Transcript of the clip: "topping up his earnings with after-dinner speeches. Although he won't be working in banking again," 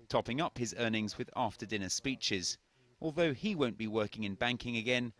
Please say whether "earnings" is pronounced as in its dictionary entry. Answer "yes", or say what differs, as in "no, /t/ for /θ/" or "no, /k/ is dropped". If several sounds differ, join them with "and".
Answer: yes